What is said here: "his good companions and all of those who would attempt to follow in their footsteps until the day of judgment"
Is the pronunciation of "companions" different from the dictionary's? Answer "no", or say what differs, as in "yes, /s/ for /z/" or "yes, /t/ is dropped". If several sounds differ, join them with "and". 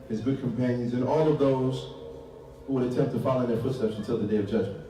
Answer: no